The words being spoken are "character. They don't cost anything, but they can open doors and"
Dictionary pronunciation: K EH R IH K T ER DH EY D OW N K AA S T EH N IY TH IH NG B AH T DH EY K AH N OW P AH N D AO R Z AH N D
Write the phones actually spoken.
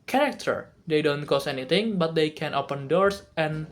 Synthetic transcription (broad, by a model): K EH R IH K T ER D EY D OW N K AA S EH N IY T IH NG B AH T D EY K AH N OW P AH N D AO R S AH N